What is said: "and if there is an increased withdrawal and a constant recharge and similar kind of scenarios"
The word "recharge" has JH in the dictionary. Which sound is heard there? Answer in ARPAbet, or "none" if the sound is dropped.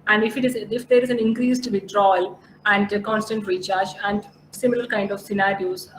CH